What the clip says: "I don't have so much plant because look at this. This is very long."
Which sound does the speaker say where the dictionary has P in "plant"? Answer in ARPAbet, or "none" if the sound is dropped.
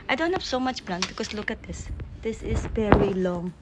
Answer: B